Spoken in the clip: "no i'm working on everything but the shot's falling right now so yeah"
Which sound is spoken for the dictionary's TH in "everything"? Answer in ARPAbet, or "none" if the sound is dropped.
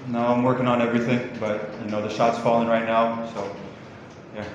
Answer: TH